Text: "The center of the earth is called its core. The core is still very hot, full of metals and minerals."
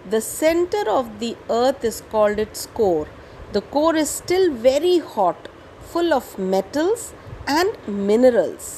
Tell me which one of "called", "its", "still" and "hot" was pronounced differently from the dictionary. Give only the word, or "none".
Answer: none